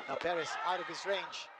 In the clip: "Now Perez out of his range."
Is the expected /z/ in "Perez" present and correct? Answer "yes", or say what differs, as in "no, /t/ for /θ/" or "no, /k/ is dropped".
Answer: no, /s/ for /z/